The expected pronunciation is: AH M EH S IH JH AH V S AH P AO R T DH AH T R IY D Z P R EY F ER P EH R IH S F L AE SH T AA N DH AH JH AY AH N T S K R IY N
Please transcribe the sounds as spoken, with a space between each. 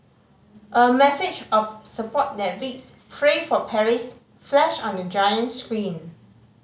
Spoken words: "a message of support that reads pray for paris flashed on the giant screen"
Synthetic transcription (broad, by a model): AH M EH S IH JH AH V S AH P AO T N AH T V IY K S P R EY F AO P EH R IH S F L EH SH AA N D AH JH AY AH N T S K R IY N